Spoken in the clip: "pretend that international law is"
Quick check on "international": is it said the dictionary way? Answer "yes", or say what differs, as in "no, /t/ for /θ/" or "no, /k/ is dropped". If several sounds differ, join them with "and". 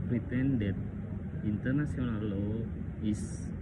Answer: no, /s/ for /ʃ/